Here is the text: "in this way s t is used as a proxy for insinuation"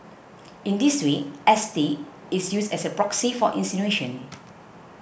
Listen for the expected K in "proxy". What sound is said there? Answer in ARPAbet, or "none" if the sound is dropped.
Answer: K